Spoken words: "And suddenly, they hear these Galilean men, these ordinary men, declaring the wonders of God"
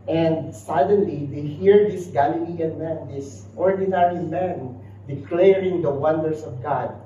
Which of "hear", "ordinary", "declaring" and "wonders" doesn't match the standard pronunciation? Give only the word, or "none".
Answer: wonders